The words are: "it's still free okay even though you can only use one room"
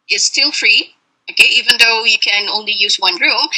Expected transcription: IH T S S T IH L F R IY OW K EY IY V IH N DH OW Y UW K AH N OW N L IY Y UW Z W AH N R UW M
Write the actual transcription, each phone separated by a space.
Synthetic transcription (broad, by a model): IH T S S T IH L F R IY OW K EY IY V IH N DH OW Y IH K AH N OW N L IY Y UW Z W AH N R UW M